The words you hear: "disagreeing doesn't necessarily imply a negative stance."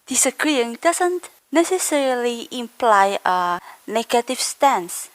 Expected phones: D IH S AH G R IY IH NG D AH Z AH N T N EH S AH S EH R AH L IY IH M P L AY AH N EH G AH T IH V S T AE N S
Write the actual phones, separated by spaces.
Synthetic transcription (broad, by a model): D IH S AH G R IY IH NG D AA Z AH N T N EH S AH S EH R AH L IY IH M P L AY AH N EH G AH T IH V S T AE N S